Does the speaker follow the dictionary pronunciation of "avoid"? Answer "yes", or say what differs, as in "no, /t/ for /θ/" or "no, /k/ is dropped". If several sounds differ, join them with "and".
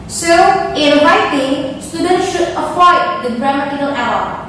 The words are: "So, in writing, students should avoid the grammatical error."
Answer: no, /p/ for /v/